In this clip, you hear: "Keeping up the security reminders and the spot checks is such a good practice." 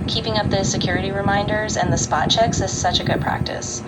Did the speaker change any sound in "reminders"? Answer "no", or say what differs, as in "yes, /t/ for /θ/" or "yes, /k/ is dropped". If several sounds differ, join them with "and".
no